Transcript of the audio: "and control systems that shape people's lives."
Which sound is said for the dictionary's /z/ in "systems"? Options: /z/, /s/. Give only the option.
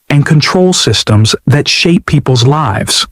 /z/